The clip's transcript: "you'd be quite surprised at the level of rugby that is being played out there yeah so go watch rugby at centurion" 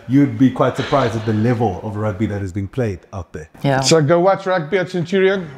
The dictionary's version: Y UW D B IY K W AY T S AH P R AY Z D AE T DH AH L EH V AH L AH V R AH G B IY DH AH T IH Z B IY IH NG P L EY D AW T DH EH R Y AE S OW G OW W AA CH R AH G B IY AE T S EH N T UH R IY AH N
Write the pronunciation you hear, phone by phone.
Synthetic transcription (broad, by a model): Y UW D B IY K W AY T S AH P R AY Z D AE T DH AH L EH V AH L AH V R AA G B IY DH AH T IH Z B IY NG P L EY D AW T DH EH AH S OW G OW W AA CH R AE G B IY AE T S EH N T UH R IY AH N